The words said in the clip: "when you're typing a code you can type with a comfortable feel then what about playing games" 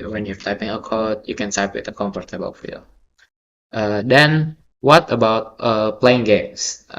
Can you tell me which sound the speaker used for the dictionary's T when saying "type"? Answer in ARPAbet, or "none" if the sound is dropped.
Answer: S